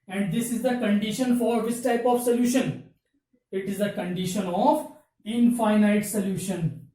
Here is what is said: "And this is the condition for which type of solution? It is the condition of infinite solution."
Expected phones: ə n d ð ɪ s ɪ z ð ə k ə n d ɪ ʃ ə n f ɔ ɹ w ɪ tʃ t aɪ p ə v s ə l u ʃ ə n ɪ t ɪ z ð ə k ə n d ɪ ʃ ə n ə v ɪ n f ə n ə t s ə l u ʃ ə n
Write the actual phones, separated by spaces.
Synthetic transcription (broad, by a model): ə n d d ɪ s ɪ z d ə k ə n d ɪ ʃ ə n f ɔ ɹ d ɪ s t aɪ p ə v s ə l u ʃ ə n ɪ t ɪ z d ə k ə n d ɪ ʃ ə n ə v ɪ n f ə n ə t s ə l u ʃ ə n